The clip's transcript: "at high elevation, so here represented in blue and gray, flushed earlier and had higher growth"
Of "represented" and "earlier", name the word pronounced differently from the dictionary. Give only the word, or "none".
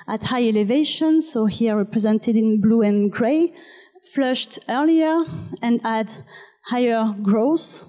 none